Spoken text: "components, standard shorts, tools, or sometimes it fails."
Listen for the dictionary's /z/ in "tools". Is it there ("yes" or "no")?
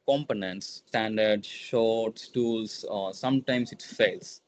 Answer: no